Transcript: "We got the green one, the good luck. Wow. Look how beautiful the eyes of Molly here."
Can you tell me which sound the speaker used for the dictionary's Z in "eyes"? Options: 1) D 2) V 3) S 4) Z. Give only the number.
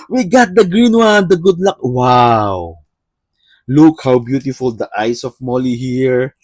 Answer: 3